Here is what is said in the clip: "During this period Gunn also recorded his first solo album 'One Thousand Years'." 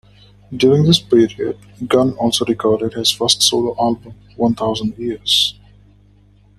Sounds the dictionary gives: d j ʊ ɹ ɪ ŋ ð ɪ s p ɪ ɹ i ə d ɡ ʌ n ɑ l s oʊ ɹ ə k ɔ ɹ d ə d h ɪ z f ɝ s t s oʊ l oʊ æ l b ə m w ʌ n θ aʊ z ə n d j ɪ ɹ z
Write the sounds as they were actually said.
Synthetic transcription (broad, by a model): d j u ɹ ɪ ŋ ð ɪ s p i ɹ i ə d ɡ ʌ n ɑ l s oʊ ɹ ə k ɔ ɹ d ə d h ɪ z f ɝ s t s oʊ l oʊ æ l b ə m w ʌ n t aʊ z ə n d j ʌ ɹ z